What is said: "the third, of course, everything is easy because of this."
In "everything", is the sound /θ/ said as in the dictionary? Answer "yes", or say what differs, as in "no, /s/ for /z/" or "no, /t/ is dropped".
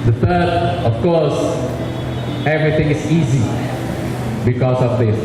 no, /t/ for /θ/